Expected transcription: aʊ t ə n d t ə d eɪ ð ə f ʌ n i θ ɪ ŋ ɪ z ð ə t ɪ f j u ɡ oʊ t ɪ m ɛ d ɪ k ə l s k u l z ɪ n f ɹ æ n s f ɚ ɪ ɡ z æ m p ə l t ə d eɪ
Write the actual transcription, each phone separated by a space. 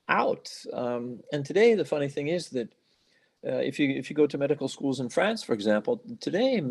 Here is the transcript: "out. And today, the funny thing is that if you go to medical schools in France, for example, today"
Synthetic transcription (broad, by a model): aʊ t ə n t ə d eɪ ð ə f ʌ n i θ ɪ ŋ ɪ z ð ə t ɪ f j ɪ ɡ oʊ t ɪ m ɛ d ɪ k l s k u l z ɪ n f ɹ æ n s f ɚ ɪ ɡ z æ m p l t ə d eɪ